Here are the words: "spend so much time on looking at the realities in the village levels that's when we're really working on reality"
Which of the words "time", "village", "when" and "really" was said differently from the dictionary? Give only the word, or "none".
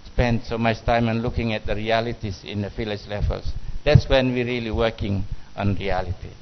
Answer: village